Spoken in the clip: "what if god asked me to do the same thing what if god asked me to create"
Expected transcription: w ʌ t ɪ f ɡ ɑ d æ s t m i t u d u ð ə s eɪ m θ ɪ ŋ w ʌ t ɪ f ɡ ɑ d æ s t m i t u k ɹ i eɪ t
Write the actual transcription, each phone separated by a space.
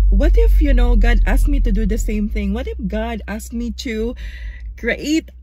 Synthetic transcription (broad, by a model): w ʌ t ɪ f ɡ ɑ d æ s m i t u d u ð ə s eɪ m θ ɪ ŋ w ʌ t ɪ f ɡ ɑ d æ s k m i t u k ɹ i eɪ t